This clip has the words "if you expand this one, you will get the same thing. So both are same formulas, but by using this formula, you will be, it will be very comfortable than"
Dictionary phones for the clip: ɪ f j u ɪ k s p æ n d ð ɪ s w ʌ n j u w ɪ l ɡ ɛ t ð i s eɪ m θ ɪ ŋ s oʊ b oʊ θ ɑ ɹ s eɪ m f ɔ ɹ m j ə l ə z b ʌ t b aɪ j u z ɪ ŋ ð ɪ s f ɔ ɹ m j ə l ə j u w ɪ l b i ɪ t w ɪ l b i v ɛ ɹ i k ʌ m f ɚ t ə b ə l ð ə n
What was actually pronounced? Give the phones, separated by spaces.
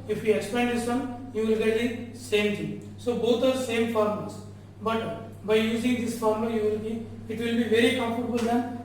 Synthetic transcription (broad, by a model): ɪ f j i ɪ k s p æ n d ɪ s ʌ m j u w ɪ l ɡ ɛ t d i s eɪ m t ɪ s oʊ b oʊ t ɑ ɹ s eɪ m f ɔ ɹ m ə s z b ʌ t b aɪ j u z ɪ ŋ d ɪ s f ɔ ɹ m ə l j u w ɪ l b i ɪ t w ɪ l b i v ɛ ɹ i k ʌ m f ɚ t b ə l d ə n